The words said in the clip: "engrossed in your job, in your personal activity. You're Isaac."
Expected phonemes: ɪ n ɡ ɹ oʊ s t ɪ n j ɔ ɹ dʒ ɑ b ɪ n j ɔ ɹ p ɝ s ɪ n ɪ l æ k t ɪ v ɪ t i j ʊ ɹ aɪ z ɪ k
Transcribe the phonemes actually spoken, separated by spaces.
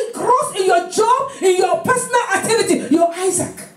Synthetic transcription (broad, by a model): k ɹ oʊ s ɪ n j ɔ dʒ ɑ b ɪ n j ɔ p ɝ s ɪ n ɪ l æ t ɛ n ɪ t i j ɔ aɪ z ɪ k